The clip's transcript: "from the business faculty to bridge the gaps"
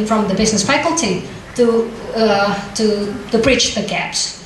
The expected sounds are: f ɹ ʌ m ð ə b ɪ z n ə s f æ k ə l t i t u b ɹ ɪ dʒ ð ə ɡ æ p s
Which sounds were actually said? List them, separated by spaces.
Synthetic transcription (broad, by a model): f ɹ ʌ m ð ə b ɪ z n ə s f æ k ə l t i t u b ɹ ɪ tʃ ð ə ɡ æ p s